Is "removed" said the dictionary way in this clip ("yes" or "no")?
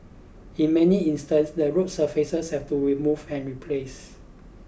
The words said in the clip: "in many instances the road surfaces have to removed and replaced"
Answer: no